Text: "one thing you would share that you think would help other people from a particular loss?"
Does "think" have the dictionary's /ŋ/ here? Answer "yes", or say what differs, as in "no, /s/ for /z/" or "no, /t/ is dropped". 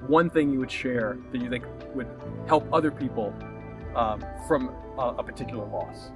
no, /ŋ/ is dropped